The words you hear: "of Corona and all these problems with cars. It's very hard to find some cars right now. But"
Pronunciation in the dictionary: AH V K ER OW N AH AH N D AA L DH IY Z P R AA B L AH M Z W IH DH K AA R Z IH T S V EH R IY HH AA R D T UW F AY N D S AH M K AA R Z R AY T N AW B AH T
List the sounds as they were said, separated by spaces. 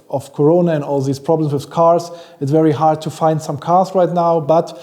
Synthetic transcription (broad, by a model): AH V K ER OW N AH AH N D AA L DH IY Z P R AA B L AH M S W IH DH K AA R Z IH T S V EH R IY HH AA R D T UW F AY N D S AH M K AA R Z R AY T N AW B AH T